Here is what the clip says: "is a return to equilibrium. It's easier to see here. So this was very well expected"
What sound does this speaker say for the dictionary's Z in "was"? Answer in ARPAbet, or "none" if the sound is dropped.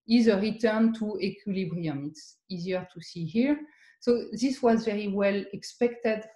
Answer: Z